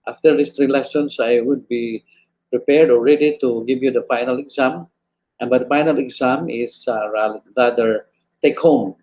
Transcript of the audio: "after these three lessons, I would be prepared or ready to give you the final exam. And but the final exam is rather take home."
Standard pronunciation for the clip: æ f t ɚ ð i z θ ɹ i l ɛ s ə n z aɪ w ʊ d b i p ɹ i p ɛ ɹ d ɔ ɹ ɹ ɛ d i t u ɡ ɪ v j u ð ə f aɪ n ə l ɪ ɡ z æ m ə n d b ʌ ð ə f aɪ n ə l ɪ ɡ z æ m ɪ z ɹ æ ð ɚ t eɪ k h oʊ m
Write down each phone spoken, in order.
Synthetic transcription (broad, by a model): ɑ f t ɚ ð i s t ɹ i l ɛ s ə n s aɪ w ʊ d b i p ɹ i p ɛ ɹ d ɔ l ɹ ɛ d i t u ɡ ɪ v j u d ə f aɪ n ə l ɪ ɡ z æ m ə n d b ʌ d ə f aɪ n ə l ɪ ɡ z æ m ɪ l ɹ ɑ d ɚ t eɪ k h oʊ m